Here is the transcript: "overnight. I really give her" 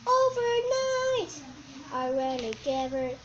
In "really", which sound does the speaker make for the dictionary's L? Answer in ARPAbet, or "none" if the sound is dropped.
N